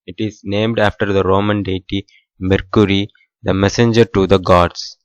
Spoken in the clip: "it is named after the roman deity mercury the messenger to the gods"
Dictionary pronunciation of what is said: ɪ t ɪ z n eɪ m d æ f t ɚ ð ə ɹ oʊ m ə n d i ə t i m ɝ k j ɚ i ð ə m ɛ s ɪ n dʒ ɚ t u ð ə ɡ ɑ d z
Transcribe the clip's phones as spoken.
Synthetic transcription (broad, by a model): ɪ t ɪ z n eɪ m d æ f t ɚ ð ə ɹ oʊ m ə n d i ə t i m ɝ k j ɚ i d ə m ɛ s ɪ n dʒ ɚ t u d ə ɡ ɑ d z